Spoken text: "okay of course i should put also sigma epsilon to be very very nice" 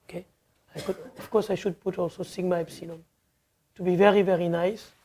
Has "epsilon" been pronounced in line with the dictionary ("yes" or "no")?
no